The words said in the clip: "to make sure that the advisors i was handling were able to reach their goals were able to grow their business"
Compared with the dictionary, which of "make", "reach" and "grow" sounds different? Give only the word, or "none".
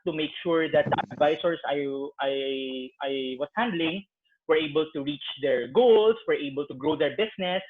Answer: none